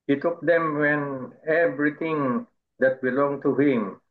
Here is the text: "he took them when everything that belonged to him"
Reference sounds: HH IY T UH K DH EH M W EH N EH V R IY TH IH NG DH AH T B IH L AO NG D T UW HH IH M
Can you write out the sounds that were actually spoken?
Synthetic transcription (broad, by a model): HH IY T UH K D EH M W EH N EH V R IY T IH NG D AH T B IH L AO NG T UW HH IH M